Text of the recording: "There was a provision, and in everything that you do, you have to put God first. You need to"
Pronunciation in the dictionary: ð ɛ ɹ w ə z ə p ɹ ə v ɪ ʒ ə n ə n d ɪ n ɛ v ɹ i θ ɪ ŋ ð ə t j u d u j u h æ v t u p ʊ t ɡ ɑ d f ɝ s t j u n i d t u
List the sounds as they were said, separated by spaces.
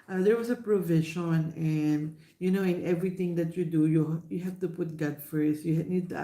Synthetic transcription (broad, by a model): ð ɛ ɹ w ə s ə p ɹ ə v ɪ ʃ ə n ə n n ɪ n ɛ v ɹ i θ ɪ ŋ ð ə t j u d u j u h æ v t u p ʊ t ɡ ɑ d f ɝ s t j u n i d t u